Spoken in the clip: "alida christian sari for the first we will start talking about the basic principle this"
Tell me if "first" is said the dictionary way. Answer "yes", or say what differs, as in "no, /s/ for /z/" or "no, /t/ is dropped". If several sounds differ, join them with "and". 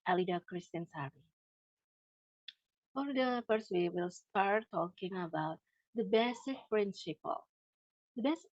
no, /p/ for /f/